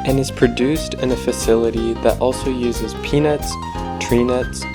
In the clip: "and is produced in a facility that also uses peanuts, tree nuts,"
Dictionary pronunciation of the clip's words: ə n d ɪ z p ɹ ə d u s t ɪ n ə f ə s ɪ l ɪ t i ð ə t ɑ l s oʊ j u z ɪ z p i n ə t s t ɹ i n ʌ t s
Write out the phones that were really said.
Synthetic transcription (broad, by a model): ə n ɪ z p ɹ ə d u s t ɪ n ə f ə s ɪ l ɪ t i ð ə t ɑ l s oʊ j u z ɪ z p i n ə t s t ɹ i n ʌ t s